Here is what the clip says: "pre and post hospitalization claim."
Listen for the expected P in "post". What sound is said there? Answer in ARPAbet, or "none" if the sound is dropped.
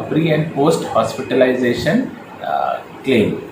P